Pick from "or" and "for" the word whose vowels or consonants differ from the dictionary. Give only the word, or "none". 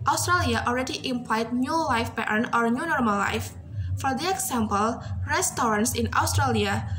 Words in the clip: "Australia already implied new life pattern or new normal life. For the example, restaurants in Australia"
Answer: none